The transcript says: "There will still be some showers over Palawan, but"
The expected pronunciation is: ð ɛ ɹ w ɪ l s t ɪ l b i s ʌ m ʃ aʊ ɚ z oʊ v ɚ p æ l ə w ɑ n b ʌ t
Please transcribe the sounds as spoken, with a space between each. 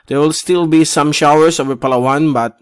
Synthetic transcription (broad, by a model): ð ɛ ɹ w ɪ l s t ɪ l b i s ʌ m ʃ aʊ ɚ s oʊ v ɚ p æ l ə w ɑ n b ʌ t